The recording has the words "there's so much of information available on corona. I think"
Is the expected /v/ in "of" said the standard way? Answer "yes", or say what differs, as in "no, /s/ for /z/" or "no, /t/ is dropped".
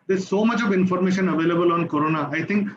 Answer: yes